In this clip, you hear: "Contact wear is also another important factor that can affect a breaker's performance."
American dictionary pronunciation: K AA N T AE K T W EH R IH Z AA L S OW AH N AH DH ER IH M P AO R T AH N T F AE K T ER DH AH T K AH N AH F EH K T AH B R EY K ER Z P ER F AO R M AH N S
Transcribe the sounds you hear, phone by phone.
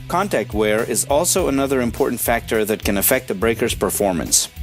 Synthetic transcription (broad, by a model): K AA N T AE K T W EH R IH Z AA L S OW AH N AH DH ER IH M P AO R T N T F AE K T ER DH AH T K AH N AH F EH K T AH B R EY K ER Z P ER F AO R M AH N S